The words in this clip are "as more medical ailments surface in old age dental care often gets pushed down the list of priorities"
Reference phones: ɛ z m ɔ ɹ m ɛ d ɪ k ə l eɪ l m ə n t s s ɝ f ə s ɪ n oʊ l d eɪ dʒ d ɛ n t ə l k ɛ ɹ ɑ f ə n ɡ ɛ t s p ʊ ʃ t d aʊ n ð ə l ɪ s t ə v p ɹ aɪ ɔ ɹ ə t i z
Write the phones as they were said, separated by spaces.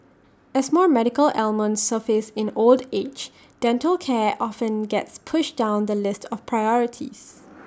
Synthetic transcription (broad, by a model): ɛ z m ɔ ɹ m ɛ d ɪ k ə l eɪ l m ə n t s s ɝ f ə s ɪ n oʊ l d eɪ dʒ d ɛ n t ə l k ɛ ɑ f ə n ɡ ɛ t s p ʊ ʃ d aʊ n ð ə l ɪ s t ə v p ɹ aɪ ɔ ɹ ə t i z